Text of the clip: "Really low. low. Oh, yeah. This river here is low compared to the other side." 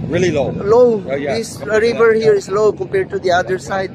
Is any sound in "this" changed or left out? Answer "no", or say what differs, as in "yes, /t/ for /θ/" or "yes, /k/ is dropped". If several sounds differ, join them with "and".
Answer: yes, /s/ is dropped